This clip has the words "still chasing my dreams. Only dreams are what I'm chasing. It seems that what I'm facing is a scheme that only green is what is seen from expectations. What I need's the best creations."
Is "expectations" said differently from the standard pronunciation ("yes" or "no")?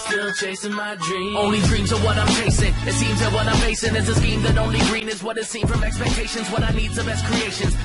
no